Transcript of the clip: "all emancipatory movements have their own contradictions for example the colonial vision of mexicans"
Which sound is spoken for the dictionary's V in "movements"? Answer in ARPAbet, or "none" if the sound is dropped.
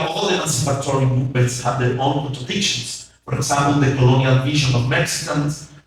none